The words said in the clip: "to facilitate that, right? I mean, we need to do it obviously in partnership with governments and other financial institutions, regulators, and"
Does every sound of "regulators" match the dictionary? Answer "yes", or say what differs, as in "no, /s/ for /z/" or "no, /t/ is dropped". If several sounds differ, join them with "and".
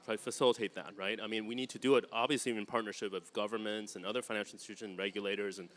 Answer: yes